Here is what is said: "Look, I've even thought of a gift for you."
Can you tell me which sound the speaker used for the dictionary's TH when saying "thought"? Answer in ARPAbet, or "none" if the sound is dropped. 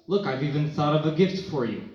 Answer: TH